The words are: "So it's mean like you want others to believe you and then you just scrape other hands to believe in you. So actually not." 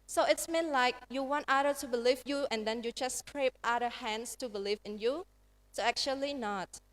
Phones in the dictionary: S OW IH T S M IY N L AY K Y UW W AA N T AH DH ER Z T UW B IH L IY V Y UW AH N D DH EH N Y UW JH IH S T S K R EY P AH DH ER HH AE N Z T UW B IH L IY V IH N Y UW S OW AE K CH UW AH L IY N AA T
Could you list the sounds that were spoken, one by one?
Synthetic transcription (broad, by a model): S OW IH T S M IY N L AY K Y UW W AA N T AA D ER T UW B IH L IY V Y UW AH N D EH N Y UW JH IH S S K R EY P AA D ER HH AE N S T UW B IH L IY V IH N Y UW S OW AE K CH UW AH L IY N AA T